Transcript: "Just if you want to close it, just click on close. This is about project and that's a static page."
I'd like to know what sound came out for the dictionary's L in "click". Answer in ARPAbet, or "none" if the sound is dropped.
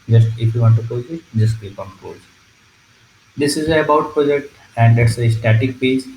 none